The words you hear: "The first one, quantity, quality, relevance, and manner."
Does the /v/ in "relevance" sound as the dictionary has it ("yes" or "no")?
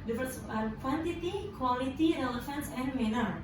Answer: no